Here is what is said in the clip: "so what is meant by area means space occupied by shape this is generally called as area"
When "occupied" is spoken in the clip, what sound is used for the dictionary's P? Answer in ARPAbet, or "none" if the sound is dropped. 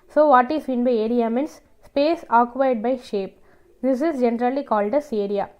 none